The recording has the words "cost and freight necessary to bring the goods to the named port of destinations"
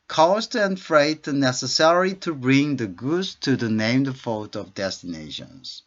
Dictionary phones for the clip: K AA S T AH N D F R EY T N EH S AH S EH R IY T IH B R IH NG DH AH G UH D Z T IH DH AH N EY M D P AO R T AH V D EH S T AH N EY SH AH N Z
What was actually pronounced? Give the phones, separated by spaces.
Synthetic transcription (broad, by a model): K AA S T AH N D F R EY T N EH S AH S EH R IY T IH B R IH NG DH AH G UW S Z T IH DH AH N EY M D F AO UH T AH V D EH S T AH N EY SH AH N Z